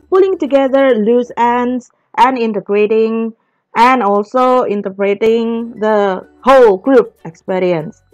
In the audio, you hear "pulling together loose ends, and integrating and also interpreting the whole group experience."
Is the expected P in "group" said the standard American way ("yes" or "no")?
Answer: no